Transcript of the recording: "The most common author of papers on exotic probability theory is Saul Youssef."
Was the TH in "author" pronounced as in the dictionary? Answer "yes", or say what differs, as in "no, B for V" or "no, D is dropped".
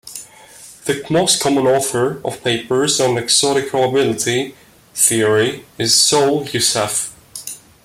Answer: yes